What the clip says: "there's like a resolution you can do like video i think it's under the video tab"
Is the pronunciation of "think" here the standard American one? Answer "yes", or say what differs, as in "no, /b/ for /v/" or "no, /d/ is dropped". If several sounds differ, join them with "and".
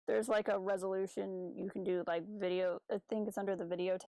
yes